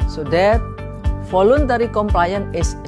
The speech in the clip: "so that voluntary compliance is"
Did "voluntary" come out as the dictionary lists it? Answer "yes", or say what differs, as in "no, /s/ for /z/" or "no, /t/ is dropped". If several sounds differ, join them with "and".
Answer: no, /f/ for /v/